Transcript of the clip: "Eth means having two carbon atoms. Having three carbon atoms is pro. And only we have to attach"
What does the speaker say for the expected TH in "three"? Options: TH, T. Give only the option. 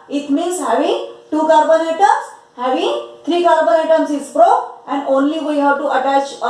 T